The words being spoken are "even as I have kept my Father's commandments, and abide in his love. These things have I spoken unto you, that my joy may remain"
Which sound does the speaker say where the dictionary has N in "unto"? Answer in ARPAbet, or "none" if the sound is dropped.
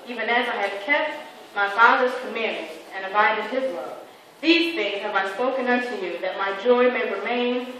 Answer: N